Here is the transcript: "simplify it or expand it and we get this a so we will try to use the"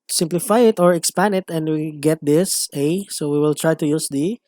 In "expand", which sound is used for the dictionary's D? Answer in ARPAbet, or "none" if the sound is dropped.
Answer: none